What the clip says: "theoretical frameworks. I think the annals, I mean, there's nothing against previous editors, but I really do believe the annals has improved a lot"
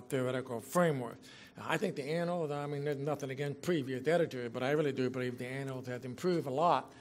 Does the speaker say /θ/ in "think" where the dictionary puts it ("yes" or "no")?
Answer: yes